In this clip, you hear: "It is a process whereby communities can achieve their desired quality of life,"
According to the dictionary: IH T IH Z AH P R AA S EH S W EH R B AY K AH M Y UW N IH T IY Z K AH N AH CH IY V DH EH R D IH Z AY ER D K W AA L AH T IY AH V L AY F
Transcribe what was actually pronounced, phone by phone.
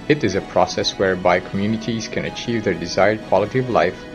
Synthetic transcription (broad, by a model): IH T IH Z AH P R AA S EH S W EH R B AY K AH M Y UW N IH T IY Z K AH N AH CH IY V DH EH R D IH Z AY ER D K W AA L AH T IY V L AY F